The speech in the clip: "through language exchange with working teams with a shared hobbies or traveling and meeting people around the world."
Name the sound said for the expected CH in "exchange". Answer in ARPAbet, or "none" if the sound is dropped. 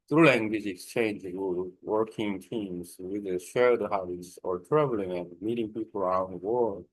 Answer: CH